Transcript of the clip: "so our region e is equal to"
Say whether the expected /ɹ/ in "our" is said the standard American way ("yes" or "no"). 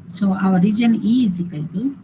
no